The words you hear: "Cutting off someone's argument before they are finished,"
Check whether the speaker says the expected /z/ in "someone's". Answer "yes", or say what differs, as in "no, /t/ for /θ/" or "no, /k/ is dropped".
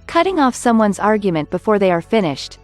yes